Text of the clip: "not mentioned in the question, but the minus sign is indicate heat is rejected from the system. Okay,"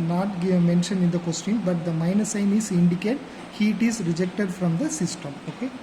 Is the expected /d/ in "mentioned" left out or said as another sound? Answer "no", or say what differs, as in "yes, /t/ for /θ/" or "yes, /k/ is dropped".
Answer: yes, /d/ is dropped